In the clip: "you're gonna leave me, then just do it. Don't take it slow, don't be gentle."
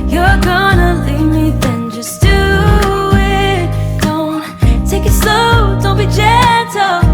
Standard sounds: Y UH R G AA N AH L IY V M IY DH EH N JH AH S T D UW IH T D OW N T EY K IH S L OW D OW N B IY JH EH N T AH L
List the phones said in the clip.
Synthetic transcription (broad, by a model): Y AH R G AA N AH L IY V M IY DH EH N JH AH S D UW IH T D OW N T EY K IH S OW D OW N B IY JH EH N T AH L